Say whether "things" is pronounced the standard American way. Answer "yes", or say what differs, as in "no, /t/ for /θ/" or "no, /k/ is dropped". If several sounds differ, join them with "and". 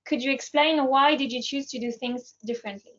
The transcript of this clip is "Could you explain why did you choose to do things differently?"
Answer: yes